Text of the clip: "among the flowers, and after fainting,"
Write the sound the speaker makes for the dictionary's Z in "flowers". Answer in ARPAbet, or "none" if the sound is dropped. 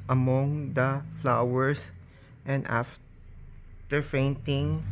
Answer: S